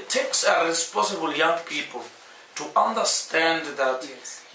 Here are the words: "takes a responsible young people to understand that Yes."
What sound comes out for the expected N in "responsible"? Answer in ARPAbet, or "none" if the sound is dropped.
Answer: none